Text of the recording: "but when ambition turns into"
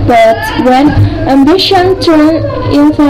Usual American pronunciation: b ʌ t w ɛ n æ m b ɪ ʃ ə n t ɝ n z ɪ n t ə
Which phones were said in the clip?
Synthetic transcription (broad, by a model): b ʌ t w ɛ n æ m b ɪ ʃ ə n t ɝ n ɪ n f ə